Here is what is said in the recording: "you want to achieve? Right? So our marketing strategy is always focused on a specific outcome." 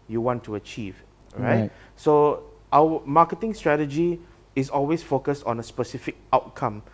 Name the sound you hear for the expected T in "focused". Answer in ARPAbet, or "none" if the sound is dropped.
T